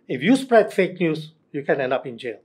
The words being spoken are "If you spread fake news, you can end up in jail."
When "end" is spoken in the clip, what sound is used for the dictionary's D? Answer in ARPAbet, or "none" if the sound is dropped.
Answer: D